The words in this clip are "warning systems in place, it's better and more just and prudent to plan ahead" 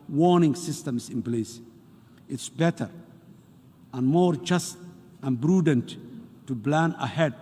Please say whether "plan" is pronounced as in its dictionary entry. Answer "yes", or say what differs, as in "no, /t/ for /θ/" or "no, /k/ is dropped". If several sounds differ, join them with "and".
no, /b/ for /p/